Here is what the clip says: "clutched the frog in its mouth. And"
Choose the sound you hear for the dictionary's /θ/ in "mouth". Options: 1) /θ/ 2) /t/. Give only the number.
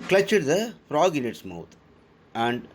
2